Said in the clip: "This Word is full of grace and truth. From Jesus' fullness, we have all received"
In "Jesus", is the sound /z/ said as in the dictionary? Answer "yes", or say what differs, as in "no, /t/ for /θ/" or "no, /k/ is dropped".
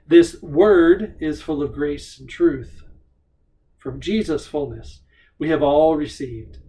yes